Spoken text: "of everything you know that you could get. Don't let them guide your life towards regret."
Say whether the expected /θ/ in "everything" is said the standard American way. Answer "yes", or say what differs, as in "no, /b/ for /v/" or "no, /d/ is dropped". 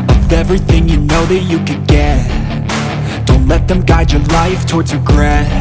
yes